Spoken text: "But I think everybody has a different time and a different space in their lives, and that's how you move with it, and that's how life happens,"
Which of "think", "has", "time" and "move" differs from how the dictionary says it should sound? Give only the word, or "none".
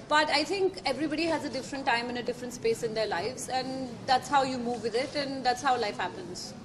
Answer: think